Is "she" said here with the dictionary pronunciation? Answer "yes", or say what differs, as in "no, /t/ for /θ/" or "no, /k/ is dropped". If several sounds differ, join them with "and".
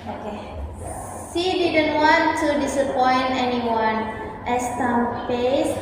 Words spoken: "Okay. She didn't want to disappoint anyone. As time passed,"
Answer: no, /s/ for /ʃ/